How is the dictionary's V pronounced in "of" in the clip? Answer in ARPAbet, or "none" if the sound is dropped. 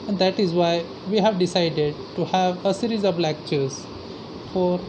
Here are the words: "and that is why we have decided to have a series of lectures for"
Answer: B